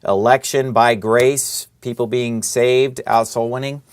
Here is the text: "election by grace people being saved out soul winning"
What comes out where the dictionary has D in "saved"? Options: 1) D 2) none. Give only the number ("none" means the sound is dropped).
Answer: 1